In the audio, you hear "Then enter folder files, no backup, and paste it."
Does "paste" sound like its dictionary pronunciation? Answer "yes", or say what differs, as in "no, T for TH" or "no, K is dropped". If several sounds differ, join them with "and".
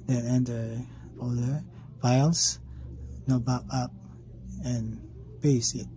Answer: no, T is dropped